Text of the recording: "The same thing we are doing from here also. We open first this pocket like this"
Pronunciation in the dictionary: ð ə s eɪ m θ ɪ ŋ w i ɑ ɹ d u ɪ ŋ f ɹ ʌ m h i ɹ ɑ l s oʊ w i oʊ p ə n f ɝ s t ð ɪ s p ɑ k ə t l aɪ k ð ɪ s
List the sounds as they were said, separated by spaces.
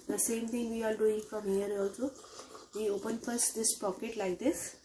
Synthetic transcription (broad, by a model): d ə s eɪ m t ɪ ŋ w i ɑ l d u ɪ ŋ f ɹ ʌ m h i ɹ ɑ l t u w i oʊ p ə n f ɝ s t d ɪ s p ɑ k ə t l aɪ k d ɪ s